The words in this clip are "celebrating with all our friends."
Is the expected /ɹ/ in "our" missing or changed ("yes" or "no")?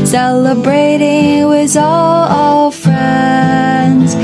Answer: yes